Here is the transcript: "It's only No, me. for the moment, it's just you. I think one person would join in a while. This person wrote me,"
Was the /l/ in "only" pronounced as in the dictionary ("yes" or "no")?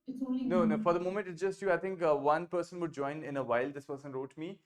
no